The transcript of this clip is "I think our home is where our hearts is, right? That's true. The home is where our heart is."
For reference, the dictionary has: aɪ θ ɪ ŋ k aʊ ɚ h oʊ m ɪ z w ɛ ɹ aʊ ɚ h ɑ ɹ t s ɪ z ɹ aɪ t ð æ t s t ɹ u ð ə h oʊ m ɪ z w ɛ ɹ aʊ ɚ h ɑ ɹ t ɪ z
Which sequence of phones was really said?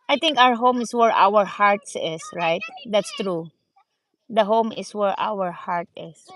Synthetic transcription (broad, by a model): aɪ t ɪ ŋ k aʊ ɚ h oʊ m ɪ s w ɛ ɹ aʊ ɚ h ɑ ɹ t s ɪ s ɹ aɪ t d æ t s t ɹ u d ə h oʊ m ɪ s w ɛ ɹ aʊ ɚ h ɑ ɹ t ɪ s